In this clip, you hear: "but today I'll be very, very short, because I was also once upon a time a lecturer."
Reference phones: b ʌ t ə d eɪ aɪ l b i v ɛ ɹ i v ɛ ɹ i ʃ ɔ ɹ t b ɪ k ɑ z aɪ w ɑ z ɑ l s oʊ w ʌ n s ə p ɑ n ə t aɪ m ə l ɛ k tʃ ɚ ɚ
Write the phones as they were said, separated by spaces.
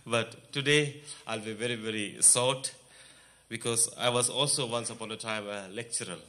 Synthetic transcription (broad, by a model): b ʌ t ə d eɪ aɪ l b i v ɛ ɹ i v ɛ ɹ i s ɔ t b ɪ k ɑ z aɪ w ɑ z ɑ l s oʊ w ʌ n s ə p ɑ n ə t aɪ m ə l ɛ k tʃ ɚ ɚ